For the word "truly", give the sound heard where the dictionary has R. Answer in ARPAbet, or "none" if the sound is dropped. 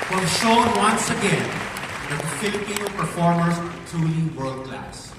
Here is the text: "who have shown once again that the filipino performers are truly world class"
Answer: none